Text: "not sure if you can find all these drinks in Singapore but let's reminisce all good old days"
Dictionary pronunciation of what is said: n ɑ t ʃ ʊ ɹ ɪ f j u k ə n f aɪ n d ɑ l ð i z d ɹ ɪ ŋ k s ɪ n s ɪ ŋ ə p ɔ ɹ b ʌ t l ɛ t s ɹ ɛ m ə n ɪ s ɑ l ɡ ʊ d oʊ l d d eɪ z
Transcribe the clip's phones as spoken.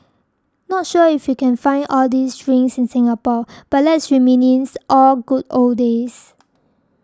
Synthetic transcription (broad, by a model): n ɑ t ʃ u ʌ ɪ f j u k ə n f aɪ n d ɑ l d i s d ɹ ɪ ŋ s ɪ n s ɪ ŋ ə p ɔ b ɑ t l ɛ t s ɹ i m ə n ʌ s ɑ l ɡ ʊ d oʊ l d d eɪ s